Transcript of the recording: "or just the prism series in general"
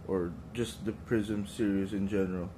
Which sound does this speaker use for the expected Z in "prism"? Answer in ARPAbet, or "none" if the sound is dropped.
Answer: Z